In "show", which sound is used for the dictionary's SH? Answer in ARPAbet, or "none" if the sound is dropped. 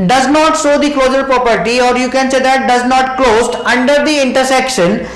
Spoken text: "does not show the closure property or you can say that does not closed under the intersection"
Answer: S